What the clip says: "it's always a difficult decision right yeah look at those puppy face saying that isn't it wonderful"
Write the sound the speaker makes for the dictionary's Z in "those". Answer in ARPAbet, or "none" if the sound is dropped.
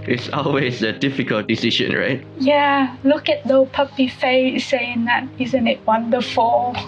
none